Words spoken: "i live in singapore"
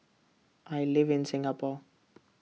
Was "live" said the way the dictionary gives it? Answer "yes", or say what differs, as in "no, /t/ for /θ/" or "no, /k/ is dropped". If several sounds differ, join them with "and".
yes